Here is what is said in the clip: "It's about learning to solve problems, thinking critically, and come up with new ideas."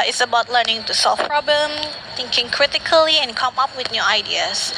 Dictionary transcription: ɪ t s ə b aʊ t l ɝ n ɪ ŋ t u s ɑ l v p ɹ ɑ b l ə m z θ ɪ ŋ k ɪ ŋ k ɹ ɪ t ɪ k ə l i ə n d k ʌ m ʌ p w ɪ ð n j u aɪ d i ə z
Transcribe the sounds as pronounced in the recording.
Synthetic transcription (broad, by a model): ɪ t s ə b aʊ t l ɝ n ɪ ŋ t u s ɑ l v p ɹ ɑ b l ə m θ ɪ ŋ k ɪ ŋ k ɹ ɪ t ɪ k ə l i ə n k ʌ m ʌ p w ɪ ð n j u aɪ d i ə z